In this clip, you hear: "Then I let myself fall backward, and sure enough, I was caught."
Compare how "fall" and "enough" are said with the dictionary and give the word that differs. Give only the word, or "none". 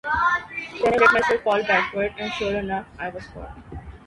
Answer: enough